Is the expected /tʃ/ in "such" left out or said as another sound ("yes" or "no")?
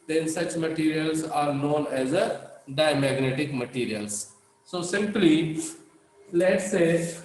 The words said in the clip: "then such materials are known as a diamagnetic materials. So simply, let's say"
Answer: no